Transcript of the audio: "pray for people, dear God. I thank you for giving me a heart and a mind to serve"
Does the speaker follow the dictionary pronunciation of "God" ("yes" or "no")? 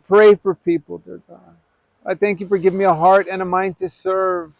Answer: no